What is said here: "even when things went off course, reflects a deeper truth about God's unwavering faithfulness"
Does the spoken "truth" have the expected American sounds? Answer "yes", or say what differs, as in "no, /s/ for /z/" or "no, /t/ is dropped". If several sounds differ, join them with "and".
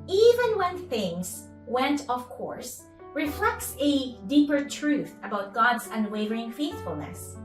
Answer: yes